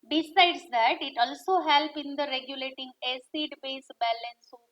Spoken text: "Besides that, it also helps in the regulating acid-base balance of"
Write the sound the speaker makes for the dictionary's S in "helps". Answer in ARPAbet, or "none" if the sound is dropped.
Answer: none